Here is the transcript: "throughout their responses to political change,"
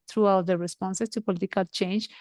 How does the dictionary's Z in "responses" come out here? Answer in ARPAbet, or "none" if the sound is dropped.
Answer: S